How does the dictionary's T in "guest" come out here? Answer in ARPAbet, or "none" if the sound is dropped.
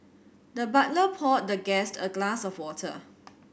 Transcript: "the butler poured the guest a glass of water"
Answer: T